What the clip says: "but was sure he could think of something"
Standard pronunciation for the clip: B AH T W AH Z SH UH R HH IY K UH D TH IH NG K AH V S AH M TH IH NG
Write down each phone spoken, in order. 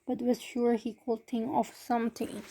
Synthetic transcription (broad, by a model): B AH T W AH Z SH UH R HH IY K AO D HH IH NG AH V S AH M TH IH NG